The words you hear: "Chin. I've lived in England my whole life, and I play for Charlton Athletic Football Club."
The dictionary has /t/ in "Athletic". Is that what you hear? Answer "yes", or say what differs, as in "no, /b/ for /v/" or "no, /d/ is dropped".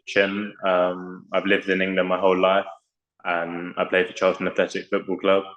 no, /s/ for /t/